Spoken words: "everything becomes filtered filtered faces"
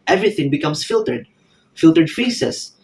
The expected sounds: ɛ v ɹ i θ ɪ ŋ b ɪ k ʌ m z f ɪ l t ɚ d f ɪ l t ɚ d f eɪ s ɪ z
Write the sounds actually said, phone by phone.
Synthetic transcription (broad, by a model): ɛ v ɹ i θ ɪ ŋ b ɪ k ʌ m s f ɪ l t ɚ d f ɪ l t ɚ d f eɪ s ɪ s